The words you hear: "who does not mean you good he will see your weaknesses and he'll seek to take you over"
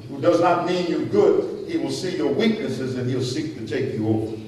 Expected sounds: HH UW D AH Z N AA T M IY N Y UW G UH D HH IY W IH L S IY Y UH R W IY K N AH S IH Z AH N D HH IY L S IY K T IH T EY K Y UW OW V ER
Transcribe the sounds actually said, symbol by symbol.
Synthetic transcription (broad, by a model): HH UW D AH Z N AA T M IY N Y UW G UH D HH IY W IH L S IY Y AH R W IY K N AH S IH Z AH N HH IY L S IY K T IH T EY K Y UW OW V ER